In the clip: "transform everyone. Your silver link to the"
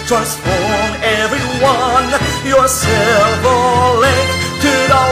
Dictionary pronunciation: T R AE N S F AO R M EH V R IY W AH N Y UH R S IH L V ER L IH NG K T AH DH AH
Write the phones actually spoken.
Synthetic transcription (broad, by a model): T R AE N S F AO R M EH V R IY W AH N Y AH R S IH V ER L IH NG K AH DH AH